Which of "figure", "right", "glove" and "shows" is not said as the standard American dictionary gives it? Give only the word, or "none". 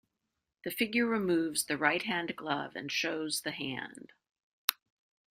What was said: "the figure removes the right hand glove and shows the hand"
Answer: none